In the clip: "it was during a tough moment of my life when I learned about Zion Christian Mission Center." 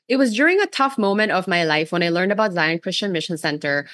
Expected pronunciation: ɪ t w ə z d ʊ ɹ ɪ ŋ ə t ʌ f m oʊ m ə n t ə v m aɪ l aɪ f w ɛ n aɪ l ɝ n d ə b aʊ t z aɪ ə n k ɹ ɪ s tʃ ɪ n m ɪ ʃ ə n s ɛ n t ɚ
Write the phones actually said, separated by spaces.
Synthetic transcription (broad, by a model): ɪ t w ə z d ʊ ɹ ɪ ŋ ə t ʌ f m oʊ m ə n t ə v m aɪ l aɪ f w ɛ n aɪ l ɝ n d ə b aʊ t z aɪ ə n k ɹ ɪ s tʃ ɪ n m ɪ ʃ ə n s ɛ n t ɚ